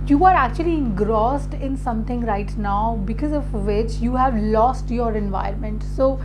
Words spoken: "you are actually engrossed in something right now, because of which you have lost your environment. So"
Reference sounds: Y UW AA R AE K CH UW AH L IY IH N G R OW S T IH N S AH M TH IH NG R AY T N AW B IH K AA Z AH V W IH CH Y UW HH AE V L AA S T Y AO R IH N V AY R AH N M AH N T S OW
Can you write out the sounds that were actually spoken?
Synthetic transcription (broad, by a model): Y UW AA R AE K CH UW AH L IY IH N G R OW S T IH N S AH M T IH NG R AY T N AW B IH K AA Z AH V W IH CH Y UW HH AE V L AA S T Y AO R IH N V AY AH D M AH N T S OW